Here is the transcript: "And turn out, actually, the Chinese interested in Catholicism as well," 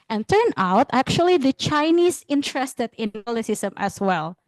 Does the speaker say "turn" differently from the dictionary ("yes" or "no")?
no